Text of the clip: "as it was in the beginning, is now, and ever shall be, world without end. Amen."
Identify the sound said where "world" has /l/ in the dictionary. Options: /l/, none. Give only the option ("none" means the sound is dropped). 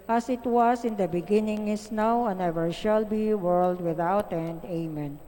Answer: /l/